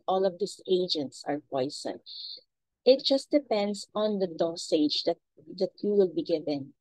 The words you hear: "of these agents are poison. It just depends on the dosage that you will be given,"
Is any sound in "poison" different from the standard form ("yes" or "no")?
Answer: yes